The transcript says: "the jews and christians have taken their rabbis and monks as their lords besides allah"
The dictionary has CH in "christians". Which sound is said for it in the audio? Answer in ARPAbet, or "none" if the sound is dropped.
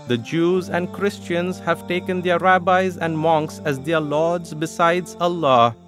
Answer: CH